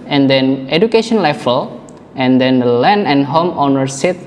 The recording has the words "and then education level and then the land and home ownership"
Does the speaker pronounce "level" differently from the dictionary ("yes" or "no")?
yes